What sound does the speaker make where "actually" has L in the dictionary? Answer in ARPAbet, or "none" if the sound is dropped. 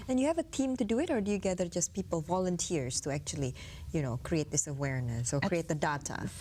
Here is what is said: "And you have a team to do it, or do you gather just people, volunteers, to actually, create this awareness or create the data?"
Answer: N